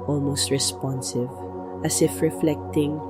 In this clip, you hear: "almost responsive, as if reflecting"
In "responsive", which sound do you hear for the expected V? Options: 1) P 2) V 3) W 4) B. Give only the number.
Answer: 2